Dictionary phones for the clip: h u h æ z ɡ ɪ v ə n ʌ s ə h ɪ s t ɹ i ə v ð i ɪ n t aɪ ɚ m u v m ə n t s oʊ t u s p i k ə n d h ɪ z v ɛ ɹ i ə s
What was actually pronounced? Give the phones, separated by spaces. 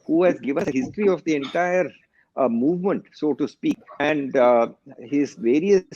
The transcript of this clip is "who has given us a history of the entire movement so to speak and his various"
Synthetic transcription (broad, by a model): h u h æ z ɡ ɪ v ə n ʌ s ə h ɪ s t ɹ i ə v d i ɪ n t aɪ ɚ m u v m ə n t s oʊ t u s p i k ə n d h ɪ z v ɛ ɹ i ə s